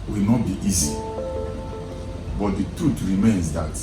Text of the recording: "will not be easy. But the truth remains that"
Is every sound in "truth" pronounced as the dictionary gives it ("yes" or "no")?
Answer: no